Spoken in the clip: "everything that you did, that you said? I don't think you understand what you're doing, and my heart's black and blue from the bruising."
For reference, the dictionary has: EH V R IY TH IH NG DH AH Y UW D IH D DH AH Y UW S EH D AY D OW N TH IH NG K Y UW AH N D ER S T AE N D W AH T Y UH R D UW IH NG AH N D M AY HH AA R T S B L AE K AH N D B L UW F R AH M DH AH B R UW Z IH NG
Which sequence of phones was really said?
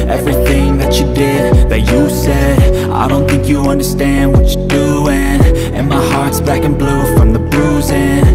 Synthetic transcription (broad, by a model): EH V R IY TH IH NG DH AH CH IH D IH D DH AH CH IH S EH D AY D OW N TH IH NG K Y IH AH N D ER S T AE N D W AH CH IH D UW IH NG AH N M AY HH AA R T S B AE K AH N B L UW F R AH M DH AH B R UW Z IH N